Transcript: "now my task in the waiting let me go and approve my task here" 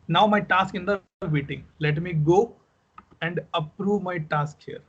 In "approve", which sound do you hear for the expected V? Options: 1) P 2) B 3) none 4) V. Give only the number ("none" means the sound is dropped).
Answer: 4